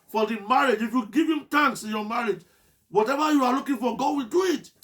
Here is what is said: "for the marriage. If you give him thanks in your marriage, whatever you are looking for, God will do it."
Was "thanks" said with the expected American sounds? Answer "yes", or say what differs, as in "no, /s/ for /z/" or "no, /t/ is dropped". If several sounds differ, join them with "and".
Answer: no, /t/ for /θ/